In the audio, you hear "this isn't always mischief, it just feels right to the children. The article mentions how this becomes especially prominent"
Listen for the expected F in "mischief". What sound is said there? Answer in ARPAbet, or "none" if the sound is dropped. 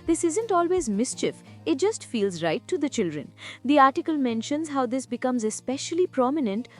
F